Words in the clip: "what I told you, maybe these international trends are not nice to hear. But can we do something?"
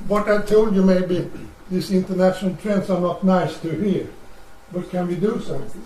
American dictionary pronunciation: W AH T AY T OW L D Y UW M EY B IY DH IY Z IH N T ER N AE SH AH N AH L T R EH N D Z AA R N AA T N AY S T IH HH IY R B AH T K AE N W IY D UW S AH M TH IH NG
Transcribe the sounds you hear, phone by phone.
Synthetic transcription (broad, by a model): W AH T AY T OW L D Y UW M EY B IY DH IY S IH N T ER N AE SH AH N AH L T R EH N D S AA R N AA T N AY S T IH HH IY R B AH T K AE N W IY D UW S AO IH